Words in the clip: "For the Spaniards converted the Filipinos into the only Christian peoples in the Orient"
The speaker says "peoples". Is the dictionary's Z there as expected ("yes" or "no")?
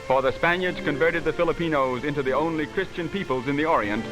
yes